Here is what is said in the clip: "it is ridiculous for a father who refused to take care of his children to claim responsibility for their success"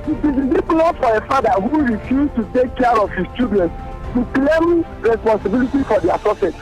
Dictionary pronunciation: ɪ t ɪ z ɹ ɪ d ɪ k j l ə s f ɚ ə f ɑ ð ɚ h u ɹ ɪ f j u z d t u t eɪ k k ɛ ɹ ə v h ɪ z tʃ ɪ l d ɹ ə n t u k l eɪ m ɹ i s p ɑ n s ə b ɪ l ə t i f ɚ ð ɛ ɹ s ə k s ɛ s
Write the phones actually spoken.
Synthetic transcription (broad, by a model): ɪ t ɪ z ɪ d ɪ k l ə f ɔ ə f ɑ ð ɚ h u ɹ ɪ f j u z t u t eɪ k k ɛ ɹ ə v h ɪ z tʃ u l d ɹ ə n t u k l eɪ m ɹ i s p ɑ n s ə b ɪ l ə t i f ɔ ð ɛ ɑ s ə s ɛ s